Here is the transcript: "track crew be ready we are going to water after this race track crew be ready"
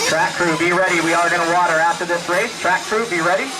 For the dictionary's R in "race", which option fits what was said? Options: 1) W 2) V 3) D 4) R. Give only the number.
4